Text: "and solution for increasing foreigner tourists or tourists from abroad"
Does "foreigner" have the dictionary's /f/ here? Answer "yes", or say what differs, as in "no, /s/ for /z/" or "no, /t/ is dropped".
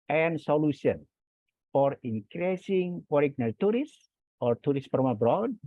no, /p/ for /f/